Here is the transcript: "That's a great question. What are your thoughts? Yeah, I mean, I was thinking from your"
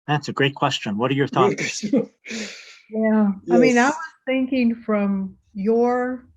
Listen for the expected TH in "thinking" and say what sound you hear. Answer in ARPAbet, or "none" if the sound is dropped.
TH